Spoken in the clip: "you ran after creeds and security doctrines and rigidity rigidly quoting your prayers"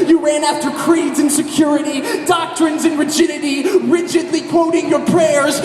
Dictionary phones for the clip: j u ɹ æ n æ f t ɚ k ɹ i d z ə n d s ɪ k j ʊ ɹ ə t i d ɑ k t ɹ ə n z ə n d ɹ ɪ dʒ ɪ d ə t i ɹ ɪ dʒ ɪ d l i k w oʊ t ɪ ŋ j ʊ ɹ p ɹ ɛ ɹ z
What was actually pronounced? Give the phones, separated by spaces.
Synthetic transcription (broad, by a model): j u ɹ æ n æ f t ɚ k ɹ i d z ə n s ɪ k j ʊ ɹ ə t i d ɑ k t ɹ ə n z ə n ɹ ɪ dʒ ɪ d ə t i ɹ ɪ dʒ ɪ d l i k w oʊ t ɪ ŋ j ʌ ɹ p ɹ ɛ ɹ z